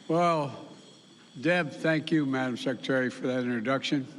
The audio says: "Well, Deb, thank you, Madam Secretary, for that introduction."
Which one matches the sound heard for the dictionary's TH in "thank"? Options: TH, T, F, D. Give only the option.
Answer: TH